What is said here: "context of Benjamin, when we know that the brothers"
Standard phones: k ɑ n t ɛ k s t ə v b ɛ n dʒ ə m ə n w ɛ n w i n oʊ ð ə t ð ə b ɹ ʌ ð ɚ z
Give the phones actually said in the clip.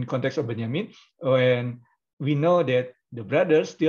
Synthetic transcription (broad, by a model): k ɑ n t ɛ k s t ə f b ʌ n ə m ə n w ɛ n w i n oʊ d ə t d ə b ɹ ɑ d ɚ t